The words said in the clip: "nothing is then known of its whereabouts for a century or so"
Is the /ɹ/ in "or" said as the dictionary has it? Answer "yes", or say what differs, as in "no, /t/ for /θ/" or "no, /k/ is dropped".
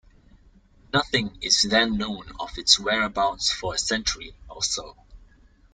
no, /l/ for /ɹ/